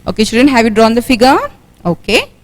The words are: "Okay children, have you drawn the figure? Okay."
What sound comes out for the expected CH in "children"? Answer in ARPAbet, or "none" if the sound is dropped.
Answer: SH